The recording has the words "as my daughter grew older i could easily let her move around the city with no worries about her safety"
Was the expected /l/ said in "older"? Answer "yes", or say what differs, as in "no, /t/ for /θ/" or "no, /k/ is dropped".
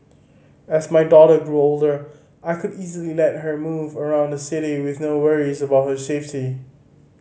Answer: yes